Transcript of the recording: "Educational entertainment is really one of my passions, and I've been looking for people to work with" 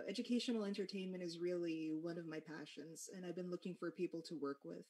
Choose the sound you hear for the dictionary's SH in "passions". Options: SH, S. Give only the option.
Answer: SH